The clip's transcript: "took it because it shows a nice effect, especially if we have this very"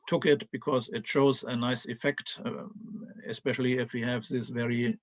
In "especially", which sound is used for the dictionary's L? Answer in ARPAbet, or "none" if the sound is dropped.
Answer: L